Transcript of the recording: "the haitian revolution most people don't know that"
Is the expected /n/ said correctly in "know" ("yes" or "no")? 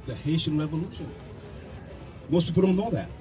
no